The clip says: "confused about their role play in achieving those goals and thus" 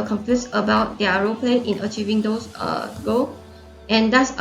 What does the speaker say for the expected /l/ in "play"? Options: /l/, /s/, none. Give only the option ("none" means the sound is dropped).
/l/